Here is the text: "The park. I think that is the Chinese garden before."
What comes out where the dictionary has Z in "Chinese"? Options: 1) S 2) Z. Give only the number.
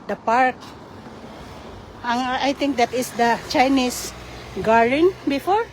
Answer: 1